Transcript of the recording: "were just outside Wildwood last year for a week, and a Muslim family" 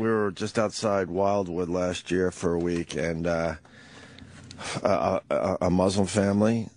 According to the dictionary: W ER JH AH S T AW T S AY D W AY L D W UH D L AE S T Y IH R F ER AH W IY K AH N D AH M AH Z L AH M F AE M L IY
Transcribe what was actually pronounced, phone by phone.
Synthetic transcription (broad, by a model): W ER JH AH S T AW T S AY D W AY L D W UH D L AE S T Y IH R F ER AH W IY K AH N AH AH M AH Z L AH M F AE M L IY